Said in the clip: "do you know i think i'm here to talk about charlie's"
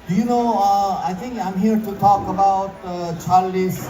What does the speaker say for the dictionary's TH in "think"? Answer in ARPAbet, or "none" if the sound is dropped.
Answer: T